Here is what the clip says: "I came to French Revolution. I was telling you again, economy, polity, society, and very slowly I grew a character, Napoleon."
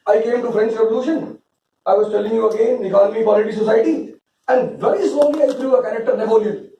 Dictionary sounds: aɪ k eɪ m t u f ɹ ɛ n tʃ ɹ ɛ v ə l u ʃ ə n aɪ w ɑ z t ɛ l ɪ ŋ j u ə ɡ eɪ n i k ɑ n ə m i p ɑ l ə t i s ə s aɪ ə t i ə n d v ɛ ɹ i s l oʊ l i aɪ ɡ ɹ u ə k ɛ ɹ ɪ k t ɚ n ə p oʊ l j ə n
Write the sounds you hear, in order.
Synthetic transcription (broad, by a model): aɪ k eɪ m t u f ɹ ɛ n s ɹ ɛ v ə l u ʃ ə n aɪ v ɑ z t ɛ l ɪ ŋ j u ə ɡ eɪ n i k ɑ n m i p ɑ l ə t i s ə s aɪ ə t i ə n d v ɛ ɹ i s oʊ l i aɪ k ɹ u ə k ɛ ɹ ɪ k t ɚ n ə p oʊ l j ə